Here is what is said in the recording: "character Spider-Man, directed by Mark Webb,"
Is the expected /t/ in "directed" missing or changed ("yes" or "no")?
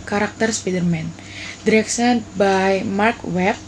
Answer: yes